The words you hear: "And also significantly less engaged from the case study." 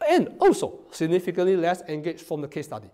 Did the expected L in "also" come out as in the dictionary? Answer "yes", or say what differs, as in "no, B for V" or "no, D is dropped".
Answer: no, L is dropped